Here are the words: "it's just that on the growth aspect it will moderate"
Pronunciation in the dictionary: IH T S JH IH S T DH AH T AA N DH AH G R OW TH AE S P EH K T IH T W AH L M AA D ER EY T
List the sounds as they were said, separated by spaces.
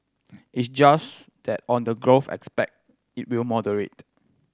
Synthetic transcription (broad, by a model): IH T S JH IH S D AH T AA N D AH G R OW F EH S P EH K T IH T W AH L M AA D ER EY T